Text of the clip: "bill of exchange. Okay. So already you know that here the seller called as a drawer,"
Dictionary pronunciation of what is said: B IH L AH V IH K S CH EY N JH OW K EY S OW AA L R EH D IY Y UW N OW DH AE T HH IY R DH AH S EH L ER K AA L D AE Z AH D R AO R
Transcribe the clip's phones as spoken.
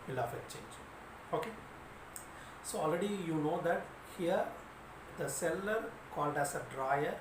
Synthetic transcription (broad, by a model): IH L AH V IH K CH EY N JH OW K EY S OW AA L R EH D IY Y UW N OW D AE T HH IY R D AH S EH L ER K AA L D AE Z AH D R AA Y